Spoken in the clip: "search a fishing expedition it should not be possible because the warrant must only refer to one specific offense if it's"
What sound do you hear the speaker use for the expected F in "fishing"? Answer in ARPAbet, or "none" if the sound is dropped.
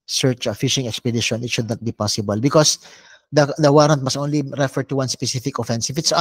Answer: F